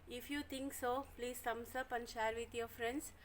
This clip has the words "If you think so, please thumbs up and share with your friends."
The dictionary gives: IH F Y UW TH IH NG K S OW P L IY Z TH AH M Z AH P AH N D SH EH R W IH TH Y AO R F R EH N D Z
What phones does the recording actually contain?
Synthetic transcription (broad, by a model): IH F Y UW T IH NG K S OW P L IY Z S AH M S AH P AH N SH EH R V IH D Y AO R F R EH N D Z